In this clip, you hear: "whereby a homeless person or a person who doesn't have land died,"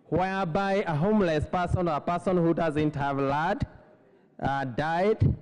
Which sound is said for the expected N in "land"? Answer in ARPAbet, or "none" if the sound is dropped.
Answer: none